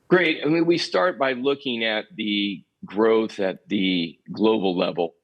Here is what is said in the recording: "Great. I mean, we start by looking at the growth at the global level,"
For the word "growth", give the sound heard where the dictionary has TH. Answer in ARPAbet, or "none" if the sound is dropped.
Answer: TH